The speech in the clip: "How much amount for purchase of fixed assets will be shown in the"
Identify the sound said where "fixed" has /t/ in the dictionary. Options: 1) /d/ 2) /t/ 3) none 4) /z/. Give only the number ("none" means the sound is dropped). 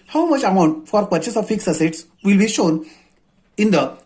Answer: 3